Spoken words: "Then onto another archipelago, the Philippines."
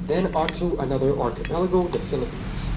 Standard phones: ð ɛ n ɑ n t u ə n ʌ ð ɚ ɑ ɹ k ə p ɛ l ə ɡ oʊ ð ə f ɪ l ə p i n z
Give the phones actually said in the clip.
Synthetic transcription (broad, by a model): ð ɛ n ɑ t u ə n ʌ ð ɚ ɑ ɹ k ə p ɛ l ə ɡ oʊ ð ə f ɪ l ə p i n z